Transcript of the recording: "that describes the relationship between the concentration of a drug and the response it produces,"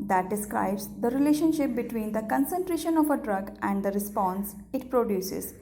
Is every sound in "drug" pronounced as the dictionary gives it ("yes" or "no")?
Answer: yes